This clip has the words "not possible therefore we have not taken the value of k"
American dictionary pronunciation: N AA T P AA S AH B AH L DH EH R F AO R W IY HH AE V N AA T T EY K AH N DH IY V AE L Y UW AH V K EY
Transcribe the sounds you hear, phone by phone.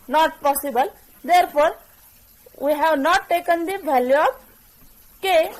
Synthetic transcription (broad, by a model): N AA T P AA S AH B AH L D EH R P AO R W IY HH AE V N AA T T EY K AH N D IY B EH L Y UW K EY